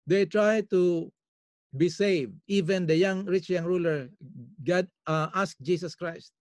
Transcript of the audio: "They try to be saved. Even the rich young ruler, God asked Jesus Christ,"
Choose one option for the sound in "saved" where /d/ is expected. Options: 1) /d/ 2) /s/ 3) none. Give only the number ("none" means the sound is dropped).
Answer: 1